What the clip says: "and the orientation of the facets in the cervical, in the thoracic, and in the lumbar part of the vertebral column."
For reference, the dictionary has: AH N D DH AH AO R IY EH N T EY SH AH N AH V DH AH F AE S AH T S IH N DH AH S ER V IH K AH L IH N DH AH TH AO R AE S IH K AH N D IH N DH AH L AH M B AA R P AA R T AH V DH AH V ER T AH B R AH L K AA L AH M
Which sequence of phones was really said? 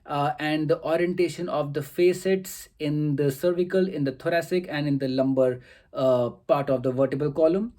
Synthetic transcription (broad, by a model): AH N D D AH AO R IY EH N T EY SH AH N AH V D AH F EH S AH T S IH N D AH S ER V IH K AH L IH N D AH T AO R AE S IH K AH N D IH N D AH L AH M B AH R P AA R T AH V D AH V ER T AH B AH L K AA L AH M